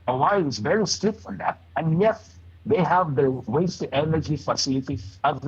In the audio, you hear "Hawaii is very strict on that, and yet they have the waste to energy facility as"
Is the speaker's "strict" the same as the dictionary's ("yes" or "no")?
no